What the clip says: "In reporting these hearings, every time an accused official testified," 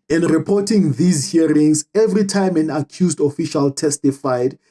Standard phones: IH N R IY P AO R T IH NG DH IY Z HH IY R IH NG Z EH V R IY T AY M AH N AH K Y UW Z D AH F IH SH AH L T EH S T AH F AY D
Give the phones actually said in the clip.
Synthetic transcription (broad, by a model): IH N R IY P AO T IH NG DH IY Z HH IY R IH NG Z EH V R IY T AY M AH N AH K Y UW Z D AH F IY SH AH L T EH S T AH F AY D